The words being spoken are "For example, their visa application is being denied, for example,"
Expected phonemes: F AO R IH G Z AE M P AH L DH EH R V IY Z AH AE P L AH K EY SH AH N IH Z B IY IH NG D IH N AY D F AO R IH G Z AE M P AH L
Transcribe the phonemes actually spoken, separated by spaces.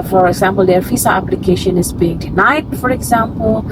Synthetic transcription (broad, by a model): F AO R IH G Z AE M P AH L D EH R F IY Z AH AE P L AH K EY SH AH N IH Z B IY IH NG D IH N AY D F AO R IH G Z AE M P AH L